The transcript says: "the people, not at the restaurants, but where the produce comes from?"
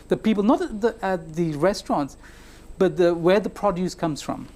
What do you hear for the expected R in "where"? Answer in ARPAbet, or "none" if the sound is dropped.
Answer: W